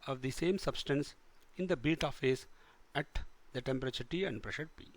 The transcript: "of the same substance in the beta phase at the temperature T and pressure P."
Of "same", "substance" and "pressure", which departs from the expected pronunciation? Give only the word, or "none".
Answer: none